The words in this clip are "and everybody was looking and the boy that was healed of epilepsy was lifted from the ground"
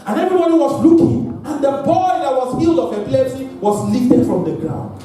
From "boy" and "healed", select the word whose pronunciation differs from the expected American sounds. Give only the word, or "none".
none